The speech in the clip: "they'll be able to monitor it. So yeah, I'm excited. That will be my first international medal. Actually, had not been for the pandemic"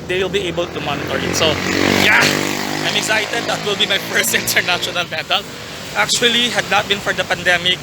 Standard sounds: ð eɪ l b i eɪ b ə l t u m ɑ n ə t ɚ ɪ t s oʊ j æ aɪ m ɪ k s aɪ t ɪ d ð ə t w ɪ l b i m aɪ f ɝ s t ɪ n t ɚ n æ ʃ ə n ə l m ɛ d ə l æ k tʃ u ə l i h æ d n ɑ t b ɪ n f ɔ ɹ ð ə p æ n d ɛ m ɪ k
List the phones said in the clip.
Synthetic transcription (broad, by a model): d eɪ l b i eɪ b ə l t u m ɑ n ə t ɚ ɪ t s oʊ j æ aɪ m ɪ k s aɪ t ɪ d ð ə t w ɪ l b i m aɪ p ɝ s ɪ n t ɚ n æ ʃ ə n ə l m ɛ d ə l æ k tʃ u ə l i h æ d n ɑ t b ɪ n f ɔ ɹ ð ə p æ n d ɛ m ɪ k